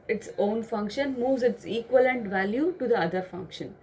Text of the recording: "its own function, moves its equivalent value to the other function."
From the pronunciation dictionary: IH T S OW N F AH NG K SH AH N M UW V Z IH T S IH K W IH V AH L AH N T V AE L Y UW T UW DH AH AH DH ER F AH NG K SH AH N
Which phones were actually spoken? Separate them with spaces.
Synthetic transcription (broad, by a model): IH T S OW N F AH NG K SH AH N M UW V Z IH T S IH K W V AH L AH N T V AE L Y UW T UW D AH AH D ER F AH NG K SH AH N